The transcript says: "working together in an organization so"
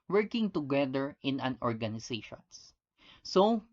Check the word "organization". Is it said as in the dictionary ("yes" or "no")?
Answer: no